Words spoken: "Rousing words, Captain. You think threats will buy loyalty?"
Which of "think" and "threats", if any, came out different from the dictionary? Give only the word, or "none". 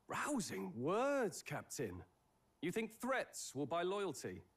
none